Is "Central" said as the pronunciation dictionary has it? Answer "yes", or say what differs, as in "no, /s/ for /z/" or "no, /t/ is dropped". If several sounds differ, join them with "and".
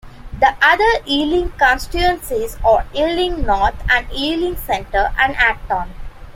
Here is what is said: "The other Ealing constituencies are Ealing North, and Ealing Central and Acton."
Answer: no, /ɹ/ is dropped